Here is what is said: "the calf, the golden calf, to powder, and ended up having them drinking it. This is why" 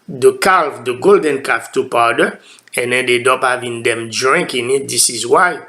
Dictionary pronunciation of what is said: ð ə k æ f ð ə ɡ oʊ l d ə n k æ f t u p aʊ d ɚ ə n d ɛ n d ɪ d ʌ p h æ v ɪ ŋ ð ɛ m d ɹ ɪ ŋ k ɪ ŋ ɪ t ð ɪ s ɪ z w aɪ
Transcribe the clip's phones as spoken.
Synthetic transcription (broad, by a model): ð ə k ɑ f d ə ɡ oʊ l d ə n k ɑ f t u p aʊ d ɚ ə n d ɛ n d ɪ d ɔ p h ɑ v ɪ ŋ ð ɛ m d ɹ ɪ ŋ k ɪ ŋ ɪ t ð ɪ s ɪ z w aɪ